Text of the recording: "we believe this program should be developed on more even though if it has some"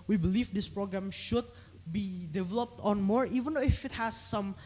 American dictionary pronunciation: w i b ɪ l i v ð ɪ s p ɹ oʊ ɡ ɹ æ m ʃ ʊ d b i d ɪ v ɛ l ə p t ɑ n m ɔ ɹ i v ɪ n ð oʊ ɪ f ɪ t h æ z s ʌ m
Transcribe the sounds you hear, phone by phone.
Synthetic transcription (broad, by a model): w i b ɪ l i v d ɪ s p ɹ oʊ ɡ ɹ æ m ʃ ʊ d b i d ɪ v ɛ l ə p t ɑ n m ɔ ɹ i v ɪ n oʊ ɪ f ɪ t h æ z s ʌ m